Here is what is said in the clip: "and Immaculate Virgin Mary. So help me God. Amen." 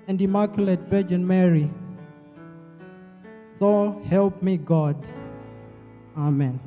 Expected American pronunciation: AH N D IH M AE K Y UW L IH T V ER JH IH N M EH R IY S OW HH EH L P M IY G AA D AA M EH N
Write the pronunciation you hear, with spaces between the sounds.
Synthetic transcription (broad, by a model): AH N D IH M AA K Y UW L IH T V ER JH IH N M EH R IY S OW HH EH L P M IY G AA D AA M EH N